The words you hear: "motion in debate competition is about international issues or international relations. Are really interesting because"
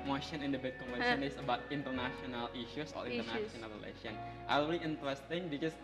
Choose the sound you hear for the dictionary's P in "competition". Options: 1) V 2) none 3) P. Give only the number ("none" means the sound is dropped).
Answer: 2